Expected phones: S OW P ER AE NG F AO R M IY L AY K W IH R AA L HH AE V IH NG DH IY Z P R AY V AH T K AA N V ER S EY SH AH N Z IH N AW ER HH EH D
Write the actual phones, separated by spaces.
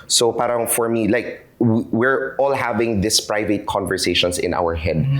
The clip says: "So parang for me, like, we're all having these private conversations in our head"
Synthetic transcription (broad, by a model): S OW P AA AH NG F AO R M IY L AY K W IH R AA L HH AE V IH NG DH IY S P R AY V AH T K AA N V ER S EY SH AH N S IH N AW ER HH EH D